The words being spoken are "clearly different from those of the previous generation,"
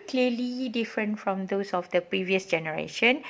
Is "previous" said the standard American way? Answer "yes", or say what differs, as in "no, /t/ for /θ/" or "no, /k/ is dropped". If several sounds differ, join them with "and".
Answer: yes